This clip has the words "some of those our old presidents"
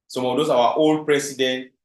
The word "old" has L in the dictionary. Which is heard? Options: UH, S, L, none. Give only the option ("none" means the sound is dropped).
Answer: L